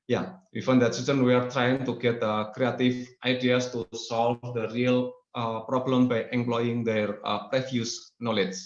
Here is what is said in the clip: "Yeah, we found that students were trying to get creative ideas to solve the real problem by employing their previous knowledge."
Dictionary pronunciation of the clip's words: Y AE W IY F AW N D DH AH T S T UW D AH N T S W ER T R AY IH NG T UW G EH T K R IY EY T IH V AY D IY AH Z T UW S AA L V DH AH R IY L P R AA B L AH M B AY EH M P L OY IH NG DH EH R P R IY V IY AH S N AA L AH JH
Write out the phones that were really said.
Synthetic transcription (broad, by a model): Y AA W IY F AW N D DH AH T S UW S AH N W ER T R AY IH NG T UW G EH T K R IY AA T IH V AY D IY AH S T UW S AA L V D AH R IY L P R AA B L AH M B AY EH M P L OY IH NG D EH R P R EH F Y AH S N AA L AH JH